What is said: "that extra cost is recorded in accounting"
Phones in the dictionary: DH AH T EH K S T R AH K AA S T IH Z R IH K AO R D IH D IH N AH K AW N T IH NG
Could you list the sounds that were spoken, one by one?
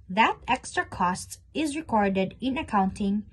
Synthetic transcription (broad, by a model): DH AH T EH K S T R AH K AA S T IH Z R IH K AO R D IH D IH N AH K AW N T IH NG